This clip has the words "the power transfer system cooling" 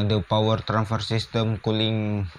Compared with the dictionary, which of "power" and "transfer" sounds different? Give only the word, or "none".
transfer